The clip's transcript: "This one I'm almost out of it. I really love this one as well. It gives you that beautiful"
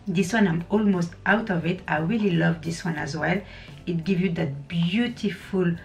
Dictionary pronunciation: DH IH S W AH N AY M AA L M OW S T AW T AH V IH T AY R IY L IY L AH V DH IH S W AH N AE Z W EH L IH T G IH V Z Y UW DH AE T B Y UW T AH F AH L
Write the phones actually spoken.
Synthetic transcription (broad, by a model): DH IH S W AH N AY M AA L M OW S T AW T AH V IH T AY R IY L IY L AH V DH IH S W AH N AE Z W EH L IH T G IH V Y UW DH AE T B Y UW T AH F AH L